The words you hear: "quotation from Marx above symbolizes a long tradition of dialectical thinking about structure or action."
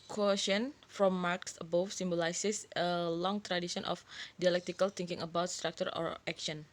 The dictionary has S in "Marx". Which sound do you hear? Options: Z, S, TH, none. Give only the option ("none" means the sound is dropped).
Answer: S